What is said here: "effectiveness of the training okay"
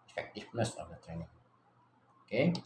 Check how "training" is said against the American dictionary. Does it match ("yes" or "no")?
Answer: yes